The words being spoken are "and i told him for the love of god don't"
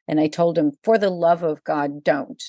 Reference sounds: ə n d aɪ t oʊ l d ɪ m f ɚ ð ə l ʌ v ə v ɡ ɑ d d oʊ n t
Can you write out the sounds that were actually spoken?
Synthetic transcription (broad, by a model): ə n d aɪ t oʊ l d ɪ m f ɚ ð ə l ʌ v ə v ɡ ɑ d d oʊ n t